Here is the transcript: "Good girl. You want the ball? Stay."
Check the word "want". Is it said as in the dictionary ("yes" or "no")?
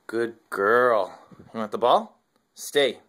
no